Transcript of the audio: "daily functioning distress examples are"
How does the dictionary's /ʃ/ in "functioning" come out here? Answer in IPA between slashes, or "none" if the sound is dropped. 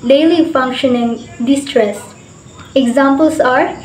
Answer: /ʃ/